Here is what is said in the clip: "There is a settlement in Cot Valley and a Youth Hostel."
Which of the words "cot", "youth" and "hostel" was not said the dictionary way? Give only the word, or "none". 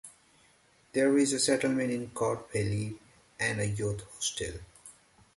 youth